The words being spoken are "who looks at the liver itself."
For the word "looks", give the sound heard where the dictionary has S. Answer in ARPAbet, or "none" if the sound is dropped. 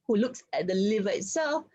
S